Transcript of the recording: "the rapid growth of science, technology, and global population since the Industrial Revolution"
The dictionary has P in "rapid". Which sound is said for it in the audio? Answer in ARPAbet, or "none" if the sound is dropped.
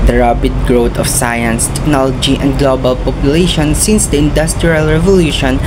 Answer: B